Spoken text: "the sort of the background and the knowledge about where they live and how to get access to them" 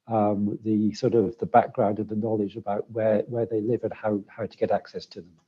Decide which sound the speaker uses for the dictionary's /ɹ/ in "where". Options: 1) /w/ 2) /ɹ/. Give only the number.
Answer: 1